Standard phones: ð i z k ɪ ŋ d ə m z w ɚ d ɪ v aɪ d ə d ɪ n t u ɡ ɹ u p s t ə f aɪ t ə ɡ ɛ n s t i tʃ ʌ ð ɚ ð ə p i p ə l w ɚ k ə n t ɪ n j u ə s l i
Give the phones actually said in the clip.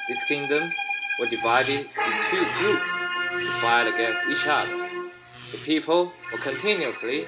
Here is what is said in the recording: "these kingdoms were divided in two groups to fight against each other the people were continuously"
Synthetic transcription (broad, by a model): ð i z k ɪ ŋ d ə m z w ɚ d ɪ v aɪ d ə d ɪ n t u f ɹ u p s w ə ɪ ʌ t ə ɡ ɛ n s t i ʃ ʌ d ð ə p i p ə l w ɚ k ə n t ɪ n j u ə s l i